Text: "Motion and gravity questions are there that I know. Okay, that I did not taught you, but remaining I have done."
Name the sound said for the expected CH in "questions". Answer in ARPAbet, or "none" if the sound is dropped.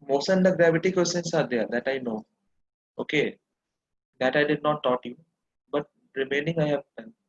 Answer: none